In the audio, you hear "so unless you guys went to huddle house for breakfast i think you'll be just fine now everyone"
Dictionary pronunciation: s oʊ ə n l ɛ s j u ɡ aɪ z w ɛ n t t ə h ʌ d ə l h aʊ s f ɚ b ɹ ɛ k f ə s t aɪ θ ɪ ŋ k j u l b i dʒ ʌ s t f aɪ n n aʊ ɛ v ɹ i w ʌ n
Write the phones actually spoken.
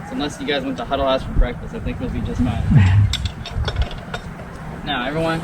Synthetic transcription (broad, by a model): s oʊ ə n l ɛ s j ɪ ɡ aɪ z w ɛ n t t ə h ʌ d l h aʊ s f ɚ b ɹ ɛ k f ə s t aɪ θ ɪ ŋ k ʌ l b i dʒ ʌ s t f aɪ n n aʊ ɛ v ɹ i w ʌ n